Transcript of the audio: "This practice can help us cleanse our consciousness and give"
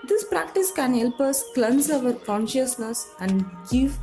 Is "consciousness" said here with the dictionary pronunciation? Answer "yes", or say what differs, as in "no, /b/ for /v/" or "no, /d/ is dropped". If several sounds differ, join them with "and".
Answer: yes